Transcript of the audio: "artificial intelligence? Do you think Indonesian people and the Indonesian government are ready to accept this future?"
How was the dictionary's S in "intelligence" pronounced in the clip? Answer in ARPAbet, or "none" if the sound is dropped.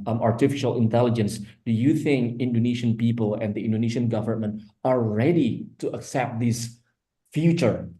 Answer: S